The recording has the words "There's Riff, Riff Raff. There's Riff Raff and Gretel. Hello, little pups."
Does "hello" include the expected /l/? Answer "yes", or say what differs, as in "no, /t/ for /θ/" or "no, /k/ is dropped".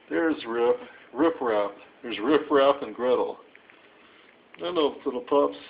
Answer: no, /n/ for /l/